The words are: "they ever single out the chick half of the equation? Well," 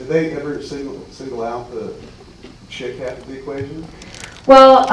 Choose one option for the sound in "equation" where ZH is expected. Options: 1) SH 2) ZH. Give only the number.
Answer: 2